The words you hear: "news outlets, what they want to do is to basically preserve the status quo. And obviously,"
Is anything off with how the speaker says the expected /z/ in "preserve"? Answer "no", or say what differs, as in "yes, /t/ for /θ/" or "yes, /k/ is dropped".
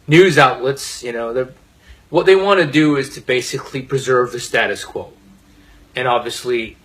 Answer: no